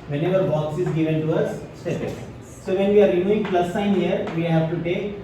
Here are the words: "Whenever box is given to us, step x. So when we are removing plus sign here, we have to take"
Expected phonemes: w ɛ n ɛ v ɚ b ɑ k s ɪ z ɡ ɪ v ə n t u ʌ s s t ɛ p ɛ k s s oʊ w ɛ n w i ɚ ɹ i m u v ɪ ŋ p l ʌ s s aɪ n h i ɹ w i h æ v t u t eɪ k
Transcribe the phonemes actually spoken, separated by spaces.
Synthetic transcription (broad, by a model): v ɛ n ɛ v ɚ b ɑ k s ɪ z ɡ ɪ v ə n t u ʌ s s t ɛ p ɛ s s oʊ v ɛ n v i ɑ ɹ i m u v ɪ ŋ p l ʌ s s aɪ n h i ɹ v i h æ v t u t eɪ k